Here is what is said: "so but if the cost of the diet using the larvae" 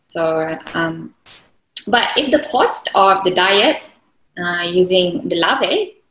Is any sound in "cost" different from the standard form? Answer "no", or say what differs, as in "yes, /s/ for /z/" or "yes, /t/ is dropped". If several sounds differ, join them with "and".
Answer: no